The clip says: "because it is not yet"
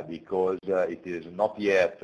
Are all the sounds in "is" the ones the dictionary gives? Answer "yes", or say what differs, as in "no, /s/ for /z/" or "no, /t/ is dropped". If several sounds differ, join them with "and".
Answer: yes